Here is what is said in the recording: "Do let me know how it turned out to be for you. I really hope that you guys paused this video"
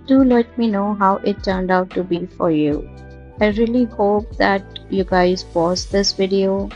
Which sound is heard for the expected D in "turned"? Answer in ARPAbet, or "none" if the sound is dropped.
D